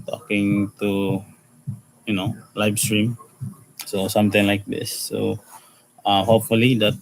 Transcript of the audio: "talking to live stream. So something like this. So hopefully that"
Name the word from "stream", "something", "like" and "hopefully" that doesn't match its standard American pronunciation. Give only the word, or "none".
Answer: something